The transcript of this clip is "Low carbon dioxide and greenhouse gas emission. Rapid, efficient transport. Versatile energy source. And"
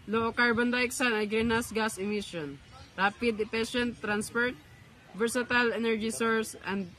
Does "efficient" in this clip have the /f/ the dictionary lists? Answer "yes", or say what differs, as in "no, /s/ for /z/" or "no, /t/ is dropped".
no, /p/ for /f/